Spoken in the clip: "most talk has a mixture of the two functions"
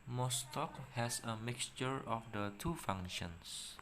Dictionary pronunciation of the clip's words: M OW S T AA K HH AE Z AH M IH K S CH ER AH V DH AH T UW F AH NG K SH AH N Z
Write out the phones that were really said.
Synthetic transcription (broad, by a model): M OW S T AA K HH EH S AH M IH K S CH ER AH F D AH T UW F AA NG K SH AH N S